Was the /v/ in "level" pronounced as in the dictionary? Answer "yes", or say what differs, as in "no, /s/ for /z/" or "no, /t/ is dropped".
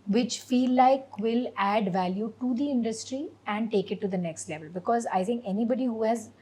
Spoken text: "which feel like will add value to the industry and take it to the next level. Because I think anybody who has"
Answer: yes